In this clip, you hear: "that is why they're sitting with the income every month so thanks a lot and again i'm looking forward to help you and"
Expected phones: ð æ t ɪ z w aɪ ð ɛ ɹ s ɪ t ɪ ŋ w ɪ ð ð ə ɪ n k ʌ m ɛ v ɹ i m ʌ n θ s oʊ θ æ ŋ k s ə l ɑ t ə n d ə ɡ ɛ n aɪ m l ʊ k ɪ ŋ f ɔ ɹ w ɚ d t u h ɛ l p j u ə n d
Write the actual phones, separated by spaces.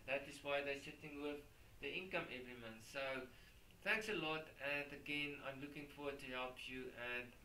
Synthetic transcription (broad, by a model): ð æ t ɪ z w aɪ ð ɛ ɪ s ɪ t ɪ ŋ w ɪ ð ð ə ɪ n k ʌ m ɛ v ɹ i m ʌ n θ s oʊ θ æ ŋ k s ə l ɑ t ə n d ə ɡ ɛ n aɪ m l ʊ k ɪ ŋ f ɔ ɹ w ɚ d t u h ɛ l p j u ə n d